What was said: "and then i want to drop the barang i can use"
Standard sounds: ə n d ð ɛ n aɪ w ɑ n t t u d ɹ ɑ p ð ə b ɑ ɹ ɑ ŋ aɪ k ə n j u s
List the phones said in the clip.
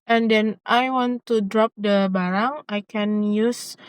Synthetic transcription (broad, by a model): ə n d ɛ n aɪ w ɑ n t t u d ɹ ɑ p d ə b ɑ ɹ ɑ ŋ aɪ k ə n j u s